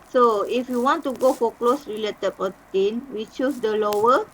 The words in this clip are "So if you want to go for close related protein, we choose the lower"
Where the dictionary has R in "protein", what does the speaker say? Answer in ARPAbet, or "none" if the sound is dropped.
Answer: none